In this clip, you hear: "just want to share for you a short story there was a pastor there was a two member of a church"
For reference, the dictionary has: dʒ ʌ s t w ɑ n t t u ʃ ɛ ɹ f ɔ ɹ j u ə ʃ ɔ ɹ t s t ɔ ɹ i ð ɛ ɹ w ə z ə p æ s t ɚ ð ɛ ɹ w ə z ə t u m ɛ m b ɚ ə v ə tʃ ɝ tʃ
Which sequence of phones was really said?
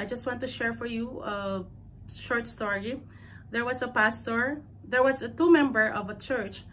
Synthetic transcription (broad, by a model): dʒ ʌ s t w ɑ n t t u ʃ ɛ ɹ f ɔ ɹ j u ə ʃ ɔ ɹ t s t ɔ ɹ i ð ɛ ɹ w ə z ə p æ s t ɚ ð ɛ ɹ w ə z ə t u m ɛ m b ɚ ə v ə tʃ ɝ tʃ